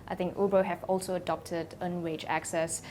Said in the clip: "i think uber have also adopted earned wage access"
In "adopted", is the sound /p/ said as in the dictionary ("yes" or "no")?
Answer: yes